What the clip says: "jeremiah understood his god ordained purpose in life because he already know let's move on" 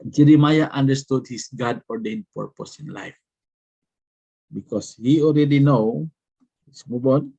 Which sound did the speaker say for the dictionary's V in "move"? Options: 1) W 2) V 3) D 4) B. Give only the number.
4